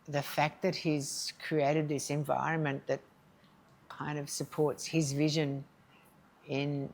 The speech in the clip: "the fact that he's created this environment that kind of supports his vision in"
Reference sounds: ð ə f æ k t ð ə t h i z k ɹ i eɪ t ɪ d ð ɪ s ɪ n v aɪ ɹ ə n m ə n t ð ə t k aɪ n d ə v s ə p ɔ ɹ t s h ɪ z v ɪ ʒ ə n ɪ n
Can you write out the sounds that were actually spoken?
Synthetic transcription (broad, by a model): ð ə f æ k t ð ə t h i z k ɹ i eɪ t ɪ d ð ɪ s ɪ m v aɪ ɹ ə n m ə n ð ə t k aɪ n d ə v s ə p ɔ ɹ t s h ɪ z v ɪ ʒ ə n ɪ n